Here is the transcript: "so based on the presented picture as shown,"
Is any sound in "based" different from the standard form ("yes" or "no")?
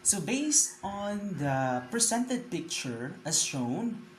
no